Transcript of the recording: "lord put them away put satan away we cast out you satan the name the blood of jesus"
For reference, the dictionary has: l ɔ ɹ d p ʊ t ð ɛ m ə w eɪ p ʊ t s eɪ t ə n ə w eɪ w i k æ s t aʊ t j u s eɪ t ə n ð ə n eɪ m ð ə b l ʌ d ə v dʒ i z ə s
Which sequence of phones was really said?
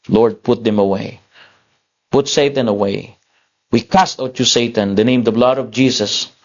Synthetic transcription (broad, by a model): l ɔ ɹ d p ʊ t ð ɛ m ə w eɪ p ʊ t s eɪ t ə n ə w eɪ w i k æ s t aʊ t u s eɪ t ə n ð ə n eɪ m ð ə b l ʌ d ə v dʒ i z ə s